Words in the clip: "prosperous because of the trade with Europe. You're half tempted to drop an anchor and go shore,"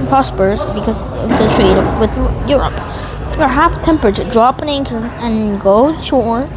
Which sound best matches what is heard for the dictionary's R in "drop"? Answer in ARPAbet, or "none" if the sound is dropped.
R